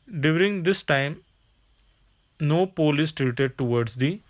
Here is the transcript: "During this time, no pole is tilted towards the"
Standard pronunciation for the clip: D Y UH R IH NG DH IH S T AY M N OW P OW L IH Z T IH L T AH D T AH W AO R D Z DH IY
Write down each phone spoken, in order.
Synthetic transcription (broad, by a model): D Y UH R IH NG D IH S T AY M N OW P OW L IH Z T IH T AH D T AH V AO R D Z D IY